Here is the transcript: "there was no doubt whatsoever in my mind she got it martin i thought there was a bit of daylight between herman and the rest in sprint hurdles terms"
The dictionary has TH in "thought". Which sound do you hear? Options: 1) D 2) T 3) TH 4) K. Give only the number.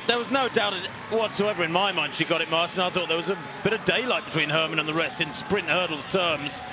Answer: 3